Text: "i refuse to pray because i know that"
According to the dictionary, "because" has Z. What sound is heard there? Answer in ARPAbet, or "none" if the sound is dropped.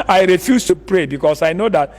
S